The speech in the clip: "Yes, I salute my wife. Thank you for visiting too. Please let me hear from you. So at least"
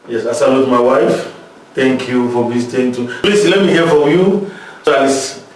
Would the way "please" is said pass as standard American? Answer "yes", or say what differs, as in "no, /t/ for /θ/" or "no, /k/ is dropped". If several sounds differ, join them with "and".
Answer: no, /s/ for /z/